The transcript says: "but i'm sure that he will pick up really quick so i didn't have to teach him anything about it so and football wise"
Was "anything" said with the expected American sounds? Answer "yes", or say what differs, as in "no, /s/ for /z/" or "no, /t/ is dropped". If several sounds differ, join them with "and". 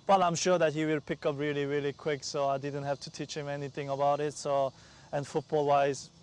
yes